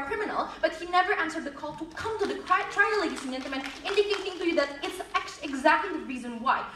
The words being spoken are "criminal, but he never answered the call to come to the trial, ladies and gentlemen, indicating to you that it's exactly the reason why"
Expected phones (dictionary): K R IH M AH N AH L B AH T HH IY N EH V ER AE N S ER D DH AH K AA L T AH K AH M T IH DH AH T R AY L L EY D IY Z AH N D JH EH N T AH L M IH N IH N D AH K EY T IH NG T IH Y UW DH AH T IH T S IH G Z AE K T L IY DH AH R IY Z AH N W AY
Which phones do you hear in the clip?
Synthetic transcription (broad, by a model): K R IH M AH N L B AH T HH IY N EH V ER AE N S ER D DH AH K AA L T AH K AH M T IH DH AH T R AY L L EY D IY S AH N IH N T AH M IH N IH N D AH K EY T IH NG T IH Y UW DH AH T IH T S IH G Z AE K T L IY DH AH R IY Z AH N W AY